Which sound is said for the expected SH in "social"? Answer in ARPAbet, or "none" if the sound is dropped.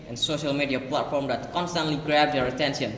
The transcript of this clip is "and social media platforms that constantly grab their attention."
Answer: SH